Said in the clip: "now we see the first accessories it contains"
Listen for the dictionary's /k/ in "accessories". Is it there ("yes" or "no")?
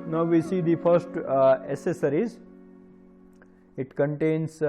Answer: no